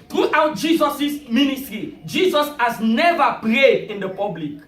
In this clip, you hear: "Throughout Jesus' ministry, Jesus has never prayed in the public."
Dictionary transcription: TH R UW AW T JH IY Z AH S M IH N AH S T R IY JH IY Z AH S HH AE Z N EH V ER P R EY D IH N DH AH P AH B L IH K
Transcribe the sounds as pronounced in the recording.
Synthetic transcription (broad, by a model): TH R UW AW T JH IY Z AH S M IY N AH S T R IY JH IY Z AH S HH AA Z N EH V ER P R EY D IH N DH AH P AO B L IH K